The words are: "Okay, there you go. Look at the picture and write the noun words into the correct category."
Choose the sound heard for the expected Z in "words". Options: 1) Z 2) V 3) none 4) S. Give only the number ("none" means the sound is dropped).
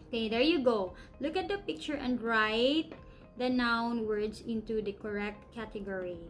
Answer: 4